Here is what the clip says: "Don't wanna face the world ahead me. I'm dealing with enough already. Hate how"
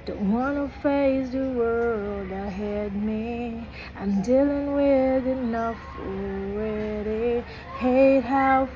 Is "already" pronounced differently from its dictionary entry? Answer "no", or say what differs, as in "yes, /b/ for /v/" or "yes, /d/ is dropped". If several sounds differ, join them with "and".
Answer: yes, /w/ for /ɹ/